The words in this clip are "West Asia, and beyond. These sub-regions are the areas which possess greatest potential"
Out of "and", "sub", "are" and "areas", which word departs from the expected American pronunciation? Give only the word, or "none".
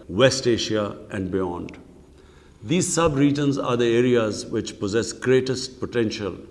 none